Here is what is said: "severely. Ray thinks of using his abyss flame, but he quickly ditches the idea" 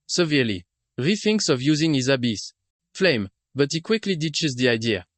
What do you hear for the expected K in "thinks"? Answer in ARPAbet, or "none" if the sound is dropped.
K